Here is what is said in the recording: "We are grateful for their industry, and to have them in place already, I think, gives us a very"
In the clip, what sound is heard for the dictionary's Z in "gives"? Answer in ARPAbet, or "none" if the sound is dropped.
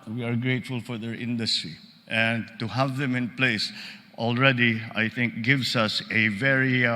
S